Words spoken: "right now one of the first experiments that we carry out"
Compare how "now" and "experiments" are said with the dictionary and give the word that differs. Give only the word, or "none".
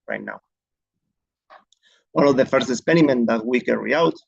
experiments